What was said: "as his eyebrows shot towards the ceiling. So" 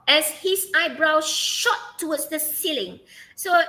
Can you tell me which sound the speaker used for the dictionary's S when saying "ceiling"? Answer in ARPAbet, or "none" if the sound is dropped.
S